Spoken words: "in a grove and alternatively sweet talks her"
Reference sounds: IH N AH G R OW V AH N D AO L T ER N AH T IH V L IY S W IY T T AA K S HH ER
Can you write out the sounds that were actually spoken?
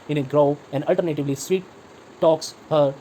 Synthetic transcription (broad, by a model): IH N AH G R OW AH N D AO L T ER N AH T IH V L IY S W IY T T AA K S HH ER